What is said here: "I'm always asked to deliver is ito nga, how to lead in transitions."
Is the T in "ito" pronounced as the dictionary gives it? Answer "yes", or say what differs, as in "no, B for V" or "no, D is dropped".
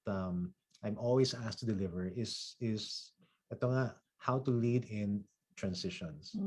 no, S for T